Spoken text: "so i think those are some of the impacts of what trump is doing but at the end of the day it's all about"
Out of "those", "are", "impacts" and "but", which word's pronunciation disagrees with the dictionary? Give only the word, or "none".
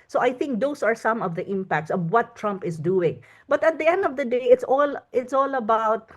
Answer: those